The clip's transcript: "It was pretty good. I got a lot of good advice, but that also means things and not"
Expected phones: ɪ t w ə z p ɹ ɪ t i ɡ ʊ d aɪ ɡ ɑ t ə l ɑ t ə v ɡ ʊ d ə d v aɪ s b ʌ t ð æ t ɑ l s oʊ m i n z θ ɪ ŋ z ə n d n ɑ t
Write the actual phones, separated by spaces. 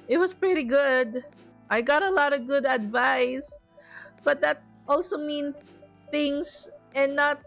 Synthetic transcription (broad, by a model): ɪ t w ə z p ɹ ɪ t i ɡ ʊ d aɪ ɡ ɑ t ə l ɑ t ə v ɡ ʊ d ə d v aɪ s b ʌ t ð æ t ɑ l s oʊ m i n θ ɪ ŋ s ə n n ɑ t